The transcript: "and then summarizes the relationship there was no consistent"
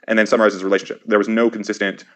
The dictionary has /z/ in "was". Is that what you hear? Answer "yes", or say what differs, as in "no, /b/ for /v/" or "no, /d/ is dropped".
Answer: yes